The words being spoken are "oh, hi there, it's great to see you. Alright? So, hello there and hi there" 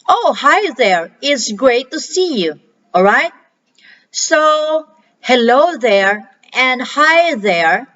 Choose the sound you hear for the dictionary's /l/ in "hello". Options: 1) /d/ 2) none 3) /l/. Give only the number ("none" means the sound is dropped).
3